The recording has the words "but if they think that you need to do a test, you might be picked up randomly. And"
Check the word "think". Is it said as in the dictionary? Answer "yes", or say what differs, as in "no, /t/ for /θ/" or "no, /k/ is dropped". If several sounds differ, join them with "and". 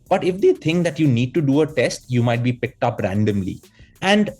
no, /t/ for /θ/